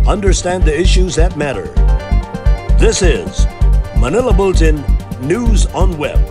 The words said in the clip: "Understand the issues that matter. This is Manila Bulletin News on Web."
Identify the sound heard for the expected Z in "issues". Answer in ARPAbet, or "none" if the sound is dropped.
Z